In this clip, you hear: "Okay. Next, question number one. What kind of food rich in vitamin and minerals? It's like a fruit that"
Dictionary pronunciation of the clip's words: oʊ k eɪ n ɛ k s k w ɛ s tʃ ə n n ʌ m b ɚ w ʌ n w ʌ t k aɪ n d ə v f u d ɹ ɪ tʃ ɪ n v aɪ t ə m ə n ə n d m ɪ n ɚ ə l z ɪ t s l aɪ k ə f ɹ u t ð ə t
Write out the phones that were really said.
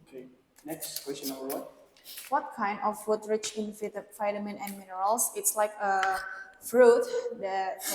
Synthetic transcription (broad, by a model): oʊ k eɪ n ɛ k s k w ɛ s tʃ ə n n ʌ b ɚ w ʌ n w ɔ t k aɪ n d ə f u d ɹ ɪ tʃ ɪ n f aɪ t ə m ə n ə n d m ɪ n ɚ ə l s ɪ t s l aɪ k ə f ɹ u t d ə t